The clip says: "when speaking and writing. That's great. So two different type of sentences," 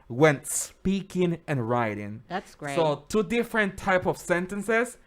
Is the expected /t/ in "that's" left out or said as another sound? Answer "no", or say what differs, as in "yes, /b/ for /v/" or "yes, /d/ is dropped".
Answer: yes, /s/ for /t/